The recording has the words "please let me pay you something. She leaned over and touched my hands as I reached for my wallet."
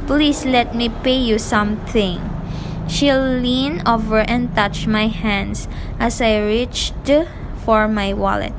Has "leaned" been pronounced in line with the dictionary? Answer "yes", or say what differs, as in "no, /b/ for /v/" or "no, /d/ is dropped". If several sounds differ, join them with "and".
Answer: no, /d/ is dropped